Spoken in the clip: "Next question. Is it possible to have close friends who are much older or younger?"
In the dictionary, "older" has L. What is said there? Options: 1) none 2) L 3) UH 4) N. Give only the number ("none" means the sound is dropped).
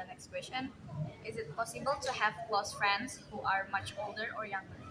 2